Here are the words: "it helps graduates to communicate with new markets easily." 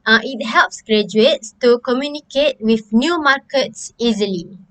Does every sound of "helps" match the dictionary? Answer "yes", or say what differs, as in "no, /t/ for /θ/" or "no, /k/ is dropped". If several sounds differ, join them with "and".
yes